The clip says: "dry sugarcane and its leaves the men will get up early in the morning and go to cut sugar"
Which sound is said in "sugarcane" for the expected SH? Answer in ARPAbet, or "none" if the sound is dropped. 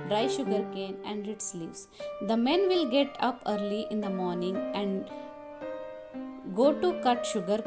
SH